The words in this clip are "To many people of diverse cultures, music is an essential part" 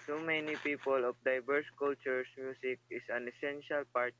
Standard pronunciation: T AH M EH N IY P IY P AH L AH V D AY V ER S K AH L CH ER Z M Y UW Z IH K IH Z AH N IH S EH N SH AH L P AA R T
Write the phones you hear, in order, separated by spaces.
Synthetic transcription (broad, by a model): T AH M EH N IY P IY P AH L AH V D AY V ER S K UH L CH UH S M Y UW S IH K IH S AH N IH S EH N SH AH L P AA R T